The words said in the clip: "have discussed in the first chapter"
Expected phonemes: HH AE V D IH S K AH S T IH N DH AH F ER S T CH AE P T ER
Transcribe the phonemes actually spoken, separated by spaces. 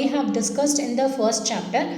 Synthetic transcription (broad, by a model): HH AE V D IH S K AH S T IH N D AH F ER S T CH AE P T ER